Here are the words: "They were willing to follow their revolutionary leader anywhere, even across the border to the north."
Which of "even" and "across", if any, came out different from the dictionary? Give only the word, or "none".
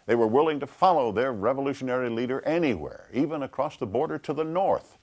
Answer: none